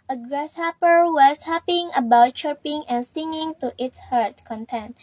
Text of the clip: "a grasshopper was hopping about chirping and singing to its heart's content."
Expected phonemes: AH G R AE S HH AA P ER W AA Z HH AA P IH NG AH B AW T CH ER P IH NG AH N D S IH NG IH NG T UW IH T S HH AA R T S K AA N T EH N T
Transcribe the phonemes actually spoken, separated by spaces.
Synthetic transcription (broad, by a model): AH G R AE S HH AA P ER W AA S HH AA P IH NG AH B AW T CH ER P IH NG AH N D S IH NG IH NG T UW IH T S HH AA R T K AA N T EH N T